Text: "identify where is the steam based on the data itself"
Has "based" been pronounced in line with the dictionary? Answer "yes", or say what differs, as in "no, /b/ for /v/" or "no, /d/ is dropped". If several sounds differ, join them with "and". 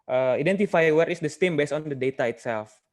no, /t/ is dropped